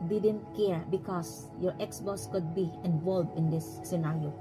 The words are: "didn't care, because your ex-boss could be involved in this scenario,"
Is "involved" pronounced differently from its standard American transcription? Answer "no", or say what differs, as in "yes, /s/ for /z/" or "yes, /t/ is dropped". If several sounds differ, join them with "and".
yes, /d/ is dropped